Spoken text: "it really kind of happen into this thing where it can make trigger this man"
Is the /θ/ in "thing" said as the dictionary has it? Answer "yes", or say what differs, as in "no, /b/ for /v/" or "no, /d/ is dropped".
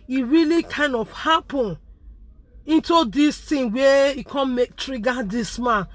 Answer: no, /t/ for /θ/